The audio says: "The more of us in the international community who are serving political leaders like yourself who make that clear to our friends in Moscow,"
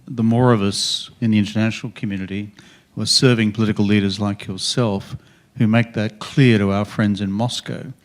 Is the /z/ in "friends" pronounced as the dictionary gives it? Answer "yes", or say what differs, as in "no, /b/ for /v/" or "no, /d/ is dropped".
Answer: yes